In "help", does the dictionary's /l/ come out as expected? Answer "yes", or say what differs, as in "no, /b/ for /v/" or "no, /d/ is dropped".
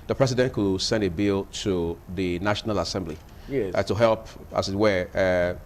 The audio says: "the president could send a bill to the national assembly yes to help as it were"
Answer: yes